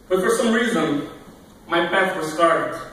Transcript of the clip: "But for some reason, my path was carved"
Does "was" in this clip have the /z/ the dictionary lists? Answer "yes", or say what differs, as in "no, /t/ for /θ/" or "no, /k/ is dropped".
no, /s/ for /z/